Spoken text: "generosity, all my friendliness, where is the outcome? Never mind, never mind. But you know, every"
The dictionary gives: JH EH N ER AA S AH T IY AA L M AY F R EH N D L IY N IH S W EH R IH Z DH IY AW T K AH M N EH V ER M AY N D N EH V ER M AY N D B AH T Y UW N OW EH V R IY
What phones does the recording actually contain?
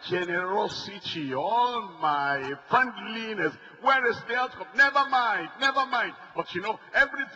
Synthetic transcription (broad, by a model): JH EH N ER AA S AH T IY AA L M AY F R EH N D L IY N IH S W EH R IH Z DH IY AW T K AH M N EH V ER M AY N D N EH V ER M AY N D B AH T Y UW N OW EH V R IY